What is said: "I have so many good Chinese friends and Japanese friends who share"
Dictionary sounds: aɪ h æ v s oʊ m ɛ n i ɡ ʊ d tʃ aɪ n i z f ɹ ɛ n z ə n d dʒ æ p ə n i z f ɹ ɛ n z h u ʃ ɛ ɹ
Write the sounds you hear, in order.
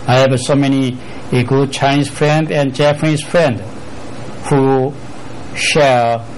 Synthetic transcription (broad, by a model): aɪ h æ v s oʊ m ɛ n i ɡ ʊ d tʃ aɪ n i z f ɹ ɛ n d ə n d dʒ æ f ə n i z f ɹ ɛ n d h u ʃ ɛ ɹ